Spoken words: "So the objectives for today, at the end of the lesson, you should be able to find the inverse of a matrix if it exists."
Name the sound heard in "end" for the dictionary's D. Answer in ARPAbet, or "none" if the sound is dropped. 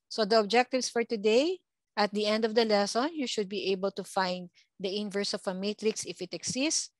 D